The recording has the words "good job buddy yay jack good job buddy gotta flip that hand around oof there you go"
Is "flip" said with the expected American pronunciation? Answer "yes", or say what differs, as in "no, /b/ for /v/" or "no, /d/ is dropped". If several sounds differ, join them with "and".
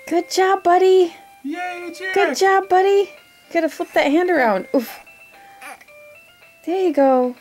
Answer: no, /l/ is dropped